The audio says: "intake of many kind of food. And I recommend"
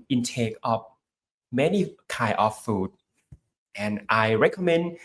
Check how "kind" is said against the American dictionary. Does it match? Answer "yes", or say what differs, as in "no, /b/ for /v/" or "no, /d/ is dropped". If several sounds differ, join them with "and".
no, /d/ is dropped